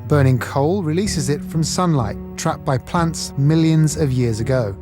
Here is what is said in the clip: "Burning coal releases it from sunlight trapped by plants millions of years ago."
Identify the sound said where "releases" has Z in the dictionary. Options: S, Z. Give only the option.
Z